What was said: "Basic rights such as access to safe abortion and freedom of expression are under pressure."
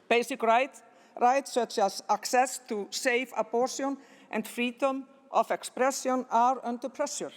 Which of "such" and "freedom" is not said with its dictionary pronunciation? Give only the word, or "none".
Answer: none